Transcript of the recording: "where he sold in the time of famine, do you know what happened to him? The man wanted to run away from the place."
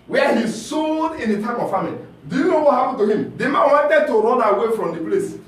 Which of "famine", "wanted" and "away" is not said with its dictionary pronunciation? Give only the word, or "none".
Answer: famine